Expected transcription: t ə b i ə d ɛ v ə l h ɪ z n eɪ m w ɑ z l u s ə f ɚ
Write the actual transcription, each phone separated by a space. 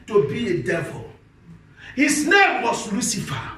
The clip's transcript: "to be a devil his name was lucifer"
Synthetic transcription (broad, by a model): t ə b i ə d ɛ v ə l h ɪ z n eɪ m w ɑ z l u s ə f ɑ